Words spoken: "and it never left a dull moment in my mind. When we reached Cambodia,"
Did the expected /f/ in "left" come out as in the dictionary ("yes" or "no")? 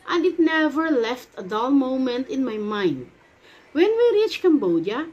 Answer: yes